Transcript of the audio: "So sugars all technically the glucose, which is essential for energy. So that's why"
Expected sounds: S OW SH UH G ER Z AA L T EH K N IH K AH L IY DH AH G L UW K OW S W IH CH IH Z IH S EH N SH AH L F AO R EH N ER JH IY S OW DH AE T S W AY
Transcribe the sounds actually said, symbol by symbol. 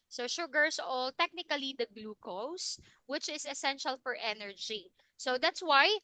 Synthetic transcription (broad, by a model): S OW SH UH G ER S AA L T EH K N IH K AH L IY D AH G L UW K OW S W IH CH IH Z IH S EH N SH AH L F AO R EH N ER JH IY S OW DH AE T S W AY